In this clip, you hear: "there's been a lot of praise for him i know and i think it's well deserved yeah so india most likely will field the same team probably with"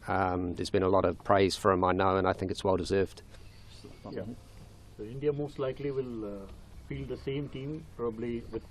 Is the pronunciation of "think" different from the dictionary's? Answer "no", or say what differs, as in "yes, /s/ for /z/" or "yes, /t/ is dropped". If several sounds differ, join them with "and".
no